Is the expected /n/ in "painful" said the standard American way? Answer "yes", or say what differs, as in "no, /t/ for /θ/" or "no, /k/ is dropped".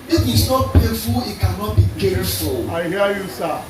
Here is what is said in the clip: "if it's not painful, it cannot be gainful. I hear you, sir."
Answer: no, /n/ is dropped